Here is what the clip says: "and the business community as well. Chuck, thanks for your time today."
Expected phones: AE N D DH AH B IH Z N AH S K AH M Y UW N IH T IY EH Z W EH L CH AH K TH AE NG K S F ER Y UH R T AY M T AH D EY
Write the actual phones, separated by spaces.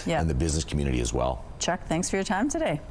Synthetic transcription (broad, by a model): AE N DH AH B IH Z N AH S K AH M Y UW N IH T IY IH Z W EH L CH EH K TH AE NG K S F ER Y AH R T AY M T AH D EY